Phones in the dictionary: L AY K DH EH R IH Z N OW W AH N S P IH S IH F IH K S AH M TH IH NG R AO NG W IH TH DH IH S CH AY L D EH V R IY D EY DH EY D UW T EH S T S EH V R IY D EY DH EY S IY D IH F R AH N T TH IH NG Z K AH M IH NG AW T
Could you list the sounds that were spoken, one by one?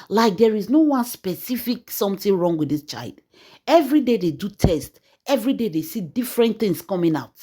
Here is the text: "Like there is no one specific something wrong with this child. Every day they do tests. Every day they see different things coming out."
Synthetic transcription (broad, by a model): L AY K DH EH R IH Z N OW W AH N S P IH S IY F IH K S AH M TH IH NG R AO NG W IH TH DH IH S CH AY L D EH V R IY D EY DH EY D UW T EH S T EH V R IY D EY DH EY S IY D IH F R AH N T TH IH NG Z K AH M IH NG AW T